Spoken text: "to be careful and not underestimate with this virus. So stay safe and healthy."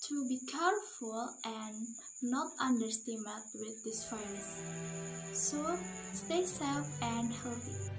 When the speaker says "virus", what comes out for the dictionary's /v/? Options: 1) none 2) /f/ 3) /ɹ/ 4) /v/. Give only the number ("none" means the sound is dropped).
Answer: 2